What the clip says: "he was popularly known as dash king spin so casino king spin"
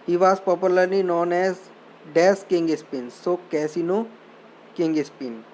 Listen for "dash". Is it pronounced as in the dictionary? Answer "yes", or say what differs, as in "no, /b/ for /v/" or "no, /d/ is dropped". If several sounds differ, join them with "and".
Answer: no, /s/ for /ʃ/